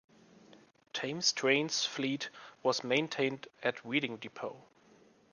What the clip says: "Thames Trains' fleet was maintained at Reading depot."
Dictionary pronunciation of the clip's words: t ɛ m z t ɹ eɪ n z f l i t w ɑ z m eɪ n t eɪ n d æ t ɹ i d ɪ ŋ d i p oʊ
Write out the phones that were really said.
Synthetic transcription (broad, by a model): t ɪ m s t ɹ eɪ n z f l i t w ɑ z m eɪ n t eɪ n d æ t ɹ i d ɪ ŋ d i p oʊ